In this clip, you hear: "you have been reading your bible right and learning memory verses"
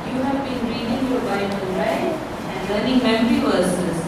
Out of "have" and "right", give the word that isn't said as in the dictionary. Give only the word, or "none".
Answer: right